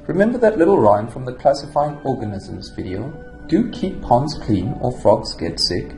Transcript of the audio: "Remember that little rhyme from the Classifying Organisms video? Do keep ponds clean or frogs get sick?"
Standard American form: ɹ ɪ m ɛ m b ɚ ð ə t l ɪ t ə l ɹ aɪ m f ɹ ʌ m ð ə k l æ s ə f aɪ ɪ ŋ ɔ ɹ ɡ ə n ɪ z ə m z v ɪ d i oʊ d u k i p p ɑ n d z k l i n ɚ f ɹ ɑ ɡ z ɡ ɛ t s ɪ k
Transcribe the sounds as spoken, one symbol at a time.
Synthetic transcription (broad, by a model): ɹ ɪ m ɛ m b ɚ ð ə t l ɪ t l ɹ aɪ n f ɹ ʌ m ð ə k l æ s ə f aɪ ɪ ŋ ɔ ɹ ɡ ə n ɪ z ə m z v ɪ d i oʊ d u k i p p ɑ n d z k l i n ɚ f ɹ ɑ ɡ z ɡ ɛ t s ɪ k